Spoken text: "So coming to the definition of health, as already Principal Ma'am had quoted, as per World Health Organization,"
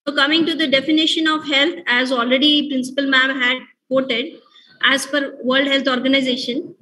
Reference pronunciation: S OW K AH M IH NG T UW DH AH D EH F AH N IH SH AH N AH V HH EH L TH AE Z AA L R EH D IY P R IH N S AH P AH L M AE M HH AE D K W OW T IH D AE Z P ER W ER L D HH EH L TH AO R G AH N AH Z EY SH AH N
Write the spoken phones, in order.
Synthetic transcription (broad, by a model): OW K AH M IH NG T UW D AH D EH F AH N IH SH AH N AH V HH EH L T AE Z AA L R EH D IY P R IH N S AH P AH L M AE M HH AE D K OW T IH D AE Z F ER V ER L D HH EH L T AO R G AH N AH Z EY SH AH N